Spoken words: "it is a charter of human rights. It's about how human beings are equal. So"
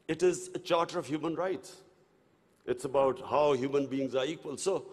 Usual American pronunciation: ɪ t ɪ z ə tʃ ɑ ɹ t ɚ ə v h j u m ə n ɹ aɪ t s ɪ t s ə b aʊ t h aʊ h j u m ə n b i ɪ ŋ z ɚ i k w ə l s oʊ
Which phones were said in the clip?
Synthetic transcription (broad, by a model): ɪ t ɪ z ə tʃ ɑ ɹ t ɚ ə v h j u m ə n ɹ aɪ t s ɪ t s ə b aʊ t h aʊ h j u m ə n b i ɪ ŋ z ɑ i k w ə l s oʊ